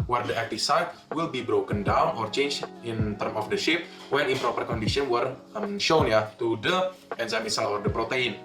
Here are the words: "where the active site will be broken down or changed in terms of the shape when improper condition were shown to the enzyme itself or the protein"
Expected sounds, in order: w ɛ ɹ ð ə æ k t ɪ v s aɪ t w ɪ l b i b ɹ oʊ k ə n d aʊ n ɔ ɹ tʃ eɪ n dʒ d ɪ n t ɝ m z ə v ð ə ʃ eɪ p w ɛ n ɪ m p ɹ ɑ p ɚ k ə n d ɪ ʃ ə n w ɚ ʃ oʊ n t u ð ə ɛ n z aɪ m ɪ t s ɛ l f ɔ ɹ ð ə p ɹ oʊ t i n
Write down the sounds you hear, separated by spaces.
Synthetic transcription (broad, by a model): w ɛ ɹ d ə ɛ k t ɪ f s aɪ t w ɪ l b i b ɹ oʊ k ə n d aʊ n ɔ ɹ tʃ eɪ n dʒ ɪ n t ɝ m ə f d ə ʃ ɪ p w ɛ n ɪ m p ɹ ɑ p ɚ k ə n d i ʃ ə n w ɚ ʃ oʊ n t u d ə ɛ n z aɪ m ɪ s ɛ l ɔ ɹ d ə p ɹ oʊ t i n